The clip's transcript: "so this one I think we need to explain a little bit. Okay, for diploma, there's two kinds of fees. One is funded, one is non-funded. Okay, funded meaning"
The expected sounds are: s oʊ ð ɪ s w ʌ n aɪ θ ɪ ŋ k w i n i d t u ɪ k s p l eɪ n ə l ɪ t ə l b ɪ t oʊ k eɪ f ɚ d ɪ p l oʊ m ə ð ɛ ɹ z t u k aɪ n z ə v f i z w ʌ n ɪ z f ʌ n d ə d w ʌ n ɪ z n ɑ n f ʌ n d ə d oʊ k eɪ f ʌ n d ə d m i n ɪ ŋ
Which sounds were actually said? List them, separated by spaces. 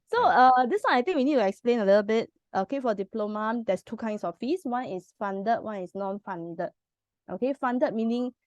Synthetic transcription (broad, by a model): s oʊ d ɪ s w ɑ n aɪ t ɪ ŋ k w i n i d t u ɪ k s p l eɪ n ə l ɪ t ə l b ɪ t oʊ k eɪ f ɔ d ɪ p l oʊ m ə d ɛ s t u k aɪ n s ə f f i s w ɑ n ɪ s f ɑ n d ə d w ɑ n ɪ s n ɑ n f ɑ n d ə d oʊ k eɪ f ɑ n d ə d m i n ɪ ŋ